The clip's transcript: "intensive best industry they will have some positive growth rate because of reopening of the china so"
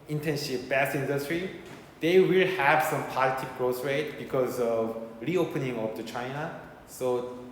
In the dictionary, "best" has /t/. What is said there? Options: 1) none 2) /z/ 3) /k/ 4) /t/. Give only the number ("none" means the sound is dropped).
1